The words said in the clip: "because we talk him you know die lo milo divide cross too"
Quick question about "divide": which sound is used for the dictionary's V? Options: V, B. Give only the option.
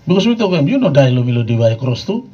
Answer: B